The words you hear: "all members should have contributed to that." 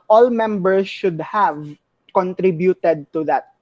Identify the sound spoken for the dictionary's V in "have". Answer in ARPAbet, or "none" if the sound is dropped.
V